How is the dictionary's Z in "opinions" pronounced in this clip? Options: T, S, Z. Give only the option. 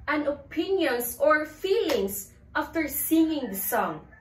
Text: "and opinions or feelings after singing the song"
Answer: S